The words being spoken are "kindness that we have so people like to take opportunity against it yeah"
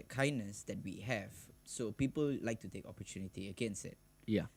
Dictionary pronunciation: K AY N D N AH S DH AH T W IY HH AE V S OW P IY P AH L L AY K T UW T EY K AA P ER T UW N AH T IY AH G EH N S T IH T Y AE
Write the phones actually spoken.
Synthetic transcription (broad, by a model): K AY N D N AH S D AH T W IY HH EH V S OW P IY P AH L L AY K T UW T EY K AA P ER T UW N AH T IY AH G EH N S IH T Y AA